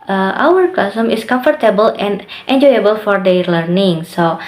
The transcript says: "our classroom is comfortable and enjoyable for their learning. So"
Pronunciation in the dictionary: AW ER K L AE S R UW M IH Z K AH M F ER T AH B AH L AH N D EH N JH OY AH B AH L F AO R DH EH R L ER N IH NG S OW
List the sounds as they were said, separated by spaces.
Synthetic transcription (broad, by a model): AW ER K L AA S AH M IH S K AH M F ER T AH B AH L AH N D EH N JH OY AH B AH L F AO R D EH L ER N IH NG S OW